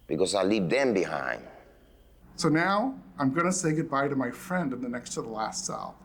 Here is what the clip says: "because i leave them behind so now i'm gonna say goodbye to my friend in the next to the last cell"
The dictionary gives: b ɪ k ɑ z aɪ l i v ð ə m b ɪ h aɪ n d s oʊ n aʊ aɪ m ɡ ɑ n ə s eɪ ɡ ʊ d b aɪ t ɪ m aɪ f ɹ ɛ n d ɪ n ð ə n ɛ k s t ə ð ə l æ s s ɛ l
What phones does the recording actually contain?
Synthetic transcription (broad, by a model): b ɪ k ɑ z aɪ l i v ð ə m b ɪ h aɪ n d s oʊ n aʊ aɪ m ɡ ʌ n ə s eɪ ɡ ʊ d b aɪ t ɪ m aɪ f ɹ ɛ n d ɪ n ð ə n ɛ k s t ə ð ə l æ s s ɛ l